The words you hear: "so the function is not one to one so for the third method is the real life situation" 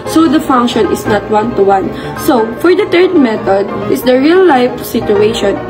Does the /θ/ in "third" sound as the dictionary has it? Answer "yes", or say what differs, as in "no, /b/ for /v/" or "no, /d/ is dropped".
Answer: no, /t/ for /θ/